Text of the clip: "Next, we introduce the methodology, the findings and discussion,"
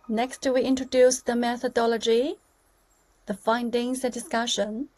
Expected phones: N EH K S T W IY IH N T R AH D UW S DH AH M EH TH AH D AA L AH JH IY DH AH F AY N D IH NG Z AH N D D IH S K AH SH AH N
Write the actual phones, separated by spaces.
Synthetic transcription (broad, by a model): N EH K S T W IY IH N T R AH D UW S DH AH M EH TH AH D AA L AH JH IY DH AH F AY N D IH NG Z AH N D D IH S K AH SH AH N